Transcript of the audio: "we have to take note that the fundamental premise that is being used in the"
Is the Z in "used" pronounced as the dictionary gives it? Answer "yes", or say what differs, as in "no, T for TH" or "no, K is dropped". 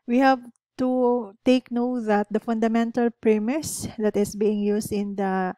no, S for Z